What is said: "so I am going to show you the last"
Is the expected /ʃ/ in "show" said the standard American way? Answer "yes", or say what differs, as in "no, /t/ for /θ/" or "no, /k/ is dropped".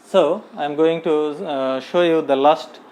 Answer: yes